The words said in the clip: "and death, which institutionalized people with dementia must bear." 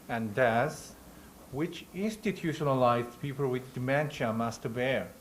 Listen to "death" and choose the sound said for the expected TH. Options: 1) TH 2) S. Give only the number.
2